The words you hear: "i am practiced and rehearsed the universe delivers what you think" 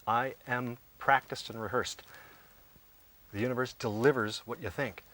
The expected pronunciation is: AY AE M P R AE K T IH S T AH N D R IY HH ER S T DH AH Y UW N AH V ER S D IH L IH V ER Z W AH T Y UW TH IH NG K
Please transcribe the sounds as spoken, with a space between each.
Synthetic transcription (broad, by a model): AY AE M P R AE K T IH S T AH N R IY HH ER S T DH AH Y UW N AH V ER S D IH L IH V ER Z W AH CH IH TH IH NG K